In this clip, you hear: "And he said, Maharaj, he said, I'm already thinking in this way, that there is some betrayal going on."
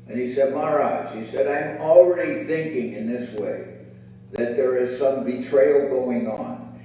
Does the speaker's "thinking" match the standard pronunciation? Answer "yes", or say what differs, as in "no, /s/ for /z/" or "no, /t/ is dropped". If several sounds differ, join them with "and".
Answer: yes